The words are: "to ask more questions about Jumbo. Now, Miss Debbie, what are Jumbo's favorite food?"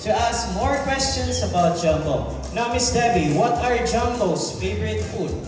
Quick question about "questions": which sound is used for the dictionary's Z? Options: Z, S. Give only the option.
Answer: S